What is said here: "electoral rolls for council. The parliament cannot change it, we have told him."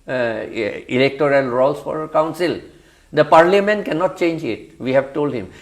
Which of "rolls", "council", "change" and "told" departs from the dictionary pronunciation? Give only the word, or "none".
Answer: rolls